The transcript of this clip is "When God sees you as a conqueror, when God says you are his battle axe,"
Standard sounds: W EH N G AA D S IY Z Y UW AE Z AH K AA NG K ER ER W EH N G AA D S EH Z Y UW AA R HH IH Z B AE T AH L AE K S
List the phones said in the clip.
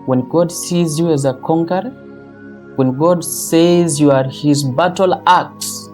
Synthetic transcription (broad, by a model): W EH N G AA D S IY Z Y UW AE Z AH K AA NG K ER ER W EH N G AA D S EH Z Y UW AA R HH IH Z B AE T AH L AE K S